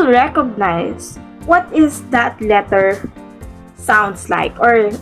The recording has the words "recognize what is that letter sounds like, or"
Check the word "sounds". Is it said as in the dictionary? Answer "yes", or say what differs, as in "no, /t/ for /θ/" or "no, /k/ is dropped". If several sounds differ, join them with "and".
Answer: no, /s/ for /z/